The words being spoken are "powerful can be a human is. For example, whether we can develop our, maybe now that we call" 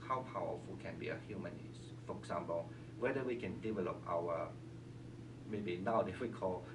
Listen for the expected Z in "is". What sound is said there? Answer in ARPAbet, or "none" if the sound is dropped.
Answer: S